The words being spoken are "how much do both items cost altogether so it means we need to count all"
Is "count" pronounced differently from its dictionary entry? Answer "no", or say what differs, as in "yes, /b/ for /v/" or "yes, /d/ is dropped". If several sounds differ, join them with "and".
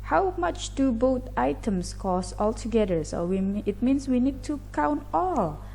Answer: no